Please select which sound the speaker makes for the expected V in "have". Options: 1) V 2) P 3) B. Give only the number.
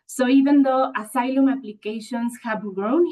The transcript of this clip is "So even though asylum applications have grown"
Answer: 3